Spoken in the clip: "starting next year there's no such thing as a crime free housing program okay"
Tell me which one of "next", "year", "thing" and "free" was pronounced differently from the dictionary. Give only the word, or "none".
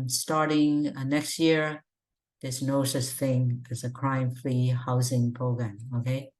free